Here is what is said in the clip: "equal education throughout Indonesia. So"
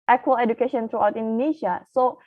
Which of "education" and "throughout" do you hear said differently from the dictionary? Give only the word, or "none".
throughout